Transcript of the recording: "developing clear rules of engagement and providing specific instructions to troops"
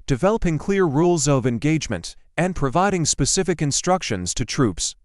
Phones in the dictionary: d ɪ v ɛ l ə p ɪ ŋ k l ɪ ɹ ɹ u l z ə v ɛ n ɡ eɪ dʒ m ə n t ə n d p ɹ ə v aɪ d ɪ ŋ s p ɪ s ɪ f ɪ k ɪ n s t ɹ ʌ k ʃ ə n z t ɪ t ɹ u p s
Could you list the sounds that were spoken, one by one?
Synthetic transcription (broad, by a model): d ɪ v ɛ l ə p ɪ ŋ k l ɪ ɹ ɹ u l z ə v ɛ n ɡ eɪ dʒ m ə n t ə n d p ɹ ə v aɪ d ɪ ŋ s p ɪ s ɪ f ɪ k ɪ n s t ɹ ʌ k ʃ ə n z t ɪ t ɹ u p s